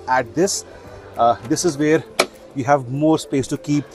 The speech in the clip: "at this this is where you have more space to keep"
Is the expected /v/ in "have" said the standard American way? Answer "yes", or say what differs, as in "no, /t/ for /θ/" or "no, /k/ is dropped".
yes